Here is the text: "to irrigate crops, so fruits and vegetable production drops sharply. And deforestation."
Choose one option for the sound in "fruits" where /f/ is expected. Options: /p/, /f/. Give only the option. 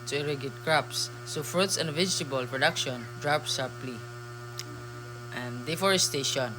/f/